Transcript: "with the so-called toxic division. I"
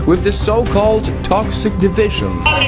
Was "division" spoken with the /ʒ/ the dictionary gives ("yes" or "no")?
yes